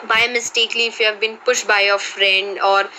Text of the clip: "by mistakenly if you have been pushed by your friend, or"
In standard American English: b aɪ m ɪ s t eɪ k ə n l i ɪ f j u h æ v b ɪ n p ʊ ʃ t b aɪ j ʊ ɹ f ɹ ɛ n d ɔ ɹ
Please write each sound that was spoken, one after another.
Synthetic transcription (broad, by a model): b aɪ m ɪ s t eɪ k l i ɪ f j u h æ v b ɪ n p ʊ ʃ t b aɪ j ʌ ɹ f ɹ ɛ n d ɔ ɹ